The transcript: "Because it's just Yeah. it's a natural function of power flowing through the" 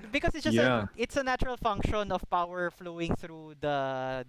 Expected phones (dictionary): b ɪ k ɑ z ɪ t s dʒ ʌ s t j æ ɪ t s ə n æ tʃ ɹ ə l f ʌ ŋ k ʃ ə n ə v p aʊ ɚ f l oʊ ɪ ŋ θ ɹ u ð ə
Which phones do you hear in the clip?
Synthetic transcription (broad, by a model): b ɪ k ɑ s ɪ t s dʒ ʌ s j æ ɪ t s ə n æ tʃ ɹ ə l f ʌ ŋ k ʃ ə n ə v p aʊ ɚ f l oʊ ɪ ŋ θ ɹ u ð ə